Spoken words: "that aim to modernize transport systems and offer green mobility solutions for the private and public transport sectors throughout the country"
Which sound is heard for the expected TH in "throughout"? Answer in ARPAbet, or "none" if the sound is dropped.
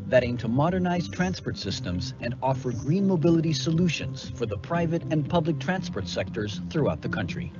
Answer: TH